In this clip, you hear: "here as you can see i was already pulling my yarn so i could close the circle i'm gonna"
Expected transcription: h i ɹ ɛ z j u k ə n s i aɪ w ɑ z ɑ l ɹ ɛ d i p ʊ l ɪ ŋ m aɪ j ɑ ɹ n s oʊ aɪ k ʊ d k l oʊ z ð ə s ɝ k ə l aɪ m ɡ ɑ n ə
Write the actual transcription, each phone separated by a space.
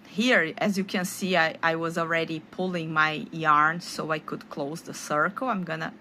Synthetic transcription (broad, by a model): h i ɹ ɛ z j u k ə n s i aɪ w ɑ z ɑ l ɹ ɛ d i p ʊ l ɪ ŋ m aɪ j ɑ ɹ n s oʊ aɪ k ʊ d k l oʊ z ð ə s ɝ k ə l aɪ m ɡ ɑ n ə